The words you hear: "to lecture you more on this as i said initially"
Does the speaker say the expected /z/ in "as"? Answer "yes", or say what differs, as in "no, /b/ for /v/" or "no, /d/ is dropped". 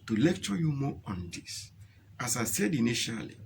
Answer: no, /s/ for /z/